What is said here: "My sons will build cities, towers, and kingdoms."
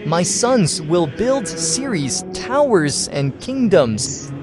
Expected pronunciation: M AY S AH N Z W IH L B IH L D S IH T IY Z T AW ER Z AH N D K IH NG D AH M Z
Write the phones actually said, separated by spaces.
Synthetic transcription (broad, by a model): M AY S AH N Z W IH L B IH L D S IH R IY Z T AW ER Z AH N K IH NG D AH M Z